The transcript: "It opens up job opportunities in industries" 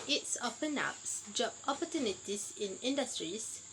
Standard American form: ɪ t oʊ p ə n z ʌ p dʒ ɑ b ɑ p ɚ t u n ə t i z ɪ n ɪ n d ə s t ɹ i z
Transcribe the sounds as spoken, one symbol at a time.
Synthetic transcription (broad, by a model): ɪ t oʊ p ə n ɑ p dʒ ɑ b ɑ p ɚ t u n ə t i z ɪ n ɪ n d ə s t ɹ i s